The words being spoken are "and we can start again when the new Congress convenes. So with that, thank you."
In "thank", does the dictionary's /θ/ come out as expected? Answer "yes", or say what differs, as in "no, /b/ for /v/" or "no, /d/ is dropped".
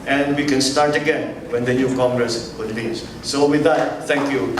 no, /t/ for /θ/